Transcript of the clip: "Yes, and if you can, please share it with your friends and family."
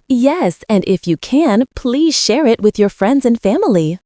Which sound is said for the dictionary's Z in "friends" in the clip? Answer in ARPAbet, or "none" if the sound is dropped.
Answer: Z